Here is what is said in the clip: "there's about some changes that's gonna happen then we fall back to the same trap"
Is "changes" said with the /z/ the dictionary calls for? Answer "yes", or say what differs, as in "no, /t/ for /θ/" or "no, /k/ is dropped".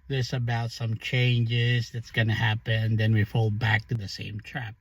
yes